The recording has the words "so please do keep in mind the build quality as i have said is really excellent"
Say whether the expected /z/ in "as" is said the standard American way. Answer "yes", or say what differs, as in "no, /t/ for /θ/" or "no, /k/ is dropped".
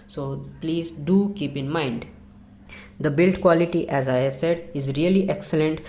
yes